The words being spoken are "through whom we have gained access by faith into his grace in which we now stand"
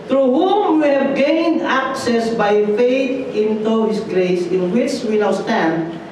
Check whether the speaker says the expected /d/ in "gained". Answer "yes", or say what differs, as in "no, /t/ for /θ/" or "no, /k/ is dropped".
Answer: yes